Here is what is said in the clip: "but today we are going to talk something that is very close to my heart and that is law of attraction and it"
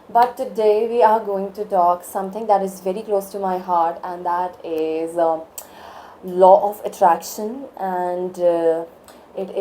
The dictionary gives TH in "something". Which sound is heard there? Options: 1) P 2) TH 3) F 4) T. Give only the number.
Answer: 4